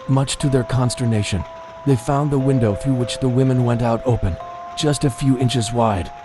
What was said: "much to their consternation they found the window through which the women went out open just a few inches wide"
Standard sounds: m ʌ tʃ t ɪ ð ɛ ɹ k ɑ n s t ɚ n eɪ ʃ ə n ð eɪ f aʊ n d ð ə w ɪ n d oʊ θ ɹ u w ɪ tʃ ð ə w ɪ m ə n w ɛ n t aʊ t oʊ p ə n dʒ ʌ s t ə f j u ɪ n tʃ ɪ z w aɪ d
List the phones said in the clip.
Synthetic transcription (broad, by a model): m ʌ tʃ t ɪ ð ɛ ɹ k ɑ n s t ɚ n eɪ ʃ ə n ð eɪ f aʊ n ð ə w ɪ n d oʊ θ ɹ u w ɪ tʃ ð ə w ɪ m ə n w ɛ n t aʊ t oʊ p ə n dʒ ʌ s t ə f j u ɪ n tʃ ɪ z w aɪ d